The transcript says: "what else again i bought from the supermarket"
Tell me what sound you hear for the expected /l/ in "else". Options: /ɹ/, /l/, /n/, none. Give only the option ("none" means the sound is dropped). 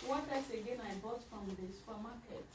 none